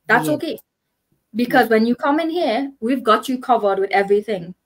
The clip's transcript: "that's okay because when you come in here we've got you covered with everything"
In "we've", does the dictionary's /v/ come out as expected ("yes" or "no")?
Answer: yes